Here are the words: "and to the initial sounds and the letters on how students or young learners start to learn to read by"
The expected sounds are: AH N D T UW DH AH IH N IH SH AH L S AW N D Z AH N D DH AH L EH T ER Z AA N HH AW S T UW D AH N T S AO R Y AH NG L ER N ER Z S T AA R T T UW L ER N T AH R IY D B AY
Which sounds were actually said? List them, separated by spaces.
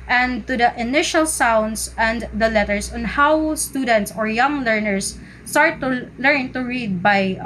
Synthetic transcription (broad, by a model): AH N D T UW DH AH IH N IH SH AH L S AW N D S AH N D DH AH L EH T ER S AA N HH AW S T UW D AH N T S AO R Y AH NG L ER N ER S T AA R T T UW L ER N T AH R IY D B AY